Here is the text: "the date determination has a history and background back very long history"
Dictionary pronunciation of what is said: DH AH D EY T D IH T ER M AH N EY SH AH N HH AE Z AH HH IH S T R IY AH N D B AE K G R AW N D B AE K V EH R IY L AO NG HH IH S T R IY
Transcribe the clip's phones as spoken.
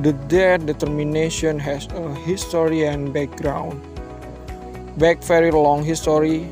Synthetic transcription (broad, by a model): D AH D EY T D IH T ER M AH N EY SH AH N HH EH S AH HH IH S T R IY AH N B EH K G R AW N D B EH K F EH R IY L AO NG HH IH S T R IY